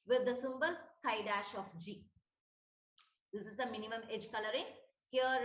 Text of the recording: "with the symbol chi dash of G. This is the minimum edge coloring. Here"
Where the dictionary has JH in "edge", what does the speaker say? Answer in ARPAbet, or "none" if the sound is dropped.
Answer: JH